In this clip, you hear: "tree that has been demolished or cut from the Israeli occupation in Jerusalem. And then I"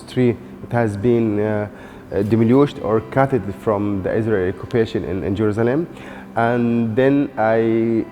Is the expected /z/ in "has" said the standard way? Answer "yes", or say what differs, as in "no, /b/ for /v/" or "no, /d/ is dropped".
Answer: yes